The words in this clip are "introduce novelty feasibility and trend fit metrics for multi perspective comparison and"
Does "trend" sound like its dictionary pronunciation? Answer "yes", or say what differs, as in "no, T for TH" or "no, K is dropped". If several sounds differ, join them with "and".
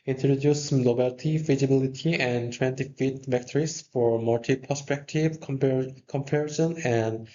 no, W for R